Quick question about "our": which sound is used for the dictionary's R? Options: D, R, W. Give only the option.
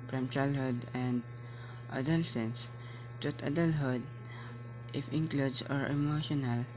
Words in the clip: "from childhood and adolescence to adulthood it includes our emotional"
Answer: R